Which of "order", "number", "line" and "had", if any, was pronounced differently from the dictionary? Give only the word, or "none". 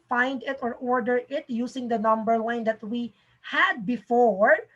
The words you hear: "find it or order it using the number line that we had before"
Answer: line